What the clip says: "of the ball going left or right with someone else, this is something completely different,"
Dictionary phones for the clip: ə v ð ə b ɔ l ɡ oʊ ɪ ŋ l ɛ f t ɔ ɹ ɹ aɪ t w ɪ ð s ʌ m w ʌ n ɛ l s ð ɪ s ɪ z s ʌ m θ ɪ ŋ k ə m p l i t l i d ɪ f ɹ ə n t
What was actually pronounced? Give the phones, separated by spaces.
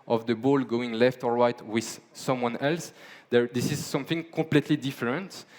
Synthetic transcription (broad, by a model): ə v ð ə b ɔ l ɡ oʊ ɪ ŋ l ɛ f t ɔ ɹ ɹ aɪ t w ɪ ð s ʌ m w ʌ n ɛ l s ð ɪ s ɪ z s ʌ m θ ɪ ŋ k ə p l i t l i d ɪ f ɹ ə n t